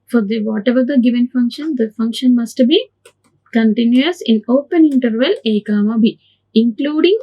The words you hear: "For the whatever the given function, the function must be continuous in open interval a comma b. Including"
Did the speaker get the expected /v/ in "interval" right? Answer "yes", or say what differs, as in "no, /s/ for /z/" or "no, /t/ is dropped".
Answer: yes